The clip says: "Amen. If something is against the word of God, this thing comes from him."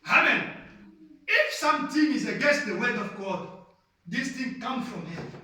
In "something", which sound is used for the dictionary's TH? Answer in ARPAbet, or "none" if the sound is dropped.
T